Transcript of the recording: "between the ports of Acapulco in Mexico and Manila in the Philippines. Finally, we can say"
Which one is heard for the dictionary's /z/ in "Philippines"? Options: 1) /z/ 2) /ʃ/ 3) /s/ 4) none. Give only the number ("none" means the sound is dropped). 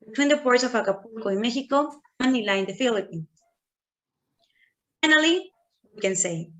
4